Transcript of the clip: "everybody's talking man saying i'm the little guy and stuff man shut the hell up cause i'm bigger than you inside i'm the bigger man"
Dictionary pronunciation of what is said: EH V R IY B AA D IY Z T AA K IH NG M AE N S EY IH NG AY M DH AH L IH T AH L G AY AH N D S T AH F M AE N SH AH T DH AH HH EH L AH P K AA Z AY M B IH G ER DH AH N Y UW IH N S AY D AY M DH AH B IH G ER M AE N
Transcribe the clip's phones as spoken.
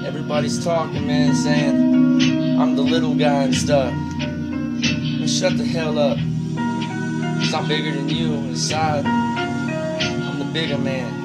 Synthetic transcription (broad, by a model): EH V R IY B AA D IY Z T AA K IH NG M AE N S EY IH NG AY M DH AH L IH T L G AY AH N S T AH F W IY SH AH T DH AH HH EH L AH P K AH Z AY M B IH G ER DH AH N Y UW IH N S AY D AY M DH AH B IH G ER M AE N